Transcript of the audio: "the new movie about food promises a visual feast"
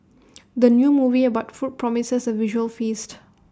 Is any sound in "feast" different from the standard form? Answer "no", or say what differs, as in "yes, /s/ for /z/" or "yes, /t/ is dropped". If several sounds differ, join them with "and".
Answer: no